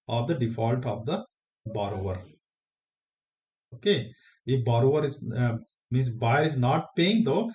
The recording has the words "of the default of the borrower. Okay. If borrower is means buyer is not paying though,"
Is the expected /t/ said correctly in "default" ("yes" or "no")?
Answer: yes